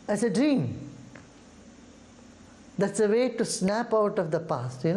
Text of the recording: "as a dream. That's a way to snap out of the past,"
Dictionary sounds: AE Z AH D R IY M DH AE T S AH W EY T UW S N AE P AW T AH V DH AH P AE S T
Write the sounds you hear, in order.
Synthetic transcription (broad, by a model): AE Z AH D R IY M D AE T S AH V EY T UW S N AE P AW T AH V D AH P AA S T